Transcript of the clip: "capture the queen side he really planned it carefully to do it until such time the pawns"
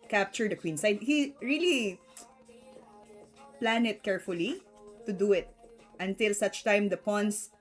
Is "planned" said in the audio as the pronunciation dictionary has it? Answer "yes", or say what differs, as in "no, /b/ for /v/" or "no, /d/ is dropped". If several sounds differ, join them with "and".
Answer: no, /d/ is dropped